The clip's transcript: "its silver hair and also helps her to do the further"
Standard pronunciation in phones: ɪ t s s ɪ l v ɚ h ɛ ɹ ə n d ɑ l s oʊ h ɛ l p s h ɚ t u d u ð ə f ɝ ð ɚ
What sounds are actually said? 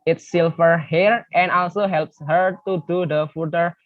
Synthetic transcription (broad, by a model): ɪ t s s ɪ l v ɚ h ɛ ɹ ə n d ɑ l s oʊ h ɛ l p s h ɚ t u d u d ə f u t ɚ